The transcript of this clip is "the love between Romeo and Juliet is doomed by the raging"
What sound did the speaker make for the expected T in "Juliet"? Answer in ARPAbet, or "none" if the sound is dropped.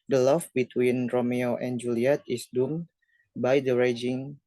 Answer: T